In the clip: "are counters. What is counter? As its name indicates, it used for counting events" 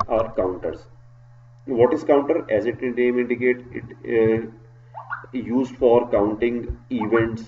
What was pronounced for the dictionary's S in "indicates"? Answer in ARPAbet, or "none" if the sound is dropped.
none